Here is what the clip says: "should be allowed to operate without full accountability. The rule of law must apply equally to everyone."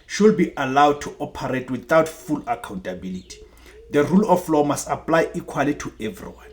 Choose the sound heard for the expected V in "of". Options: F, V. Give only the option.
F